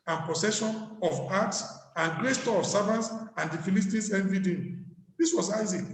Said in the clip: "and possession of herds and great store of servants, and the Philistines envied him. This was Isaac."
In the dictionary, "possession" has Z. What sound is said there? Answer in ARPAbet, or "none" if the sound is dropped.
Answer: S